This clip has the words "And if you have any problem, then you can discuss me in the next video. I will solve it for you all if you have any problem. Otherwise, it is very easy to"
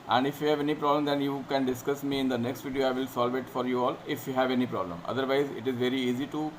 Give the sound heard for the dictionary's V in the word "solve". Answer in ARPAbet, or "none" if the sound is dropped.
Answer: V